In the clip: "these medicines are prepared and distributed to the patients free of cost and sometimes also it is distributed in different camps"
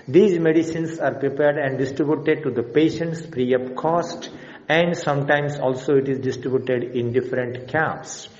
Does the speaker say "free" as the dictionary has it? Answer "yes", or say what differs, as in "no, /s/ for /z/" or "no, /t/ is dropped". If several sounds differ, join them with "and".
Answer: no, /p/ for /f/